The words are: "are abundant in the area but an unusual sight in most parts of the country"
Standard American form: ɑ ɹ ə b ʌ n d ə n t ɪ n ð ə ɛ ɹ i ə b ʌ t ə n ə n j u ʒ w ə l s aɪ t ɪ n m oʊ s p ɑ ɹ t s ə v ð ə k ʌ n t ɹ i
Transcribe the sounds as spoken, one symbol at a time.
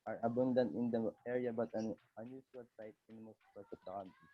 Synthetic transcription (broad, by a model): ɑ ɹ ə b ʌ n d ə n t ɪ n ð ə ɛ ɹ i ə b ʌ t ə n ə n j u s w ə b s aɪ t ɪ n m oʊ s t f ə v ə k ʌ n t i